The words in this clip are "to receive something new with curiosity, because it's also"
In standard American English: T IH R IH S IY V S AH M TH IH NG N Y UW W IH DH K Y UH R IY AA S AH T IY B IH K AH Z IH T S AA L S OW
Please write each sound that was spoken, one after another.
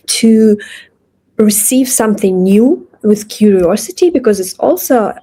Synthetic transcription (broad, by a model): T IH R IH S IY V S AH M TH IH NG N Y UW W IH DH K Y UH R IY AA S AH T IY B IH K AH Z IH T S AA L S OW